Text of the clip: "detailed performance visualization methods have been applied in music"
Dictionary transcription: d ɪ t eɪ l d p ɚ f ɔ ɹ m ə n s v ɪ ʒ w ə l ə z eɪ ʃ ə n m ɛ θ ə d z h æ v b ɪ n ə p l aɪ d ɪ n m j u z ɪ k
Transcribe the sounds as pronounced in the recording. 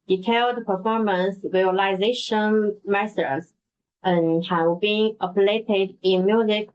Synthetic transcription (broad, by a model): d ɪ t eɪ l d p ɚ f ɔ ɹ m ə n s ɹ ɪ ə l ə z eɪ ʃ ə n m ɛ s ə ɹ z h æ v b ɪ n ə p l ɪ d ɪ n m j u z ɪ k